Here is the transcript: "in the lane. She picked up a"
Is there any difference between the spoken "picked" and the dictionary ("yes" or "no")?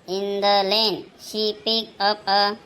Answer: yes